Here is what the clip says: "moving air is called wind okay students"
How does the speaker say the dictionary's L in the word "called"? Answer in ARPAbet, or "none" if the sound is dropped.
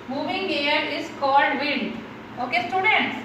L